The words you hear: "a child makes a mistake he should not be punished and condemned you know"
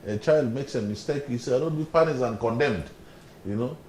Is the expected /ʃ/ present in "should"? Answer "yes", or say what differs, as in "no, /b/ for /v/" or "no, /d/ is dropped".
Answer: no, /s/ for /ʃ/